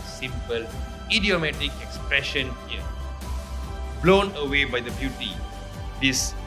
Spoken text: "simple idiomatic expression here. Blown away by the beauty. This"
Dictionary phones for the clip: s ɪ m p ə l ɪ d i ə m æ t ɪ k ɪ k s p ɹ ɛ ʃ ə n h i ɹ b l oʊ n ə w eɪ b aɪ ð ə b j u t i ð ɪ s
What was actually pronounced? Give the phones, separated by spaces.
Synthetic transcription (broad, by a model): s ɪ m p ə l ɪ d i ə m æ t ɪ k ɪ k s p ɹ ɛ ʃ ə n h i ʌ b l oʊ n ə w eɪ b aɪ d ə b j u t i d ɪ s